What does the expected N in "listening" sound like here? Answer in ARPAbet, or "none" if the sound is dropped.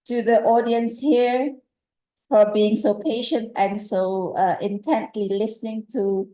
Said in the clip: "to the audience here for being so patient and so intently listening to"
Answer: N